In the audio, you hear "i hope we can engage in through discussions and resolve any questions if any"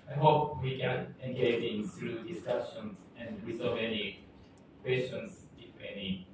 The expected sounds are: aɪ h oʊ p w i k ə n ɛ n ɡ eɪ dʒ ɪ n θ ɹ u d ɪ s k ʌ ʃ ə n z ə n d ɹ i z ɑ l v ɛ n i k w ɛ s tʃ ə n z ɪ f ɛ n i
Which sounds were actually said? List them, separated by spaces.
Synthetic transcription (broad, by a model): aɪ h oʊ p w i k ə n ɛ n ɡ eɪ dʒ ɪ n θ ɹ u d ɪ s k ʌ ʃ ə n s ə n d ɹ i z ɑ v ɛ n i k w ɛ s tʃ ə n s ɪ f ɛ n i